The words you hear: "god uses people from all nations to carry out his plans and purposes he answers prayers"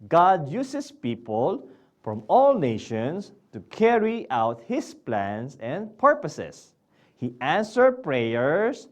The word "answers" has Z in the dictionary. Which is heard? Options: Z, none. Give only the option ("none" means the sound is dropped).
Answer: none